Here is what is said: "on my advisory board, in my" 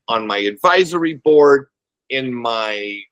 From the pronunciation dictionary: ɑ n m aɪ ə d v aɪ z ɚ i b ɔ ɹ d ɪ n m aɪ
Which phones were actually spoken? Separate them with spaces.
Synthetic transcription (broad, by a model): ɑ n m aɪ ə d v aɪ z ɚ i b ɔ ɹ d ɪ n m aɪ